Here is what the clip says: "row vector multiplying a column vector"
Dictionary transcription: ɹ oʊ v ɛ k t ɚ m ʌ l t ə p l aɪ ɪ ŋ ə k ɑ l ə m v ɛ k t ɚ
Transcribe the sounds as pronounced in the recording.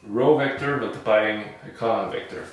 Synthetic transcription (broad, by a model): ɹ oʊ v ɛ k t ɚ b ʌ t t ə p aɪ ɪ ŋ ə k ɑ n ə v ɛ k t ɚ